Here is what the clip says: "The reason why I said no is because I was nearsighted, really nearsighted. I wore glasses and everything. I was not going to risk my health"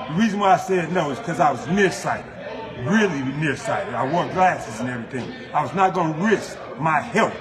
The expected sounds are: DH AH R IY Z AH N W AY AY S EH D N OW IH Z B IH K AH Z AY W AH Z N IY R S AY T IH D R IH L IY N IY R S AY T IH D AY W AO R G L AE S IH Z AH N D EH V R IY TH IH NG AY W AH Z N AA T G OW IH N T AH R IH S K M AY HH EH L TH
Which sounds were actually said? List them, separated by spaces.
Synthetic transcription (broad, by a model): DH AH R IY Z AH N W AY AY S EH D N OW IH Z K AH Z AY W AH Z N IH R S AY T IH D R IH L IY N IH R S AY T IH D AY W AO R G L AE S IH Z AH N EH V R IY TH IH NG AY W AH Z N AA T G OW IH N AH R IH S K M AY HH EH L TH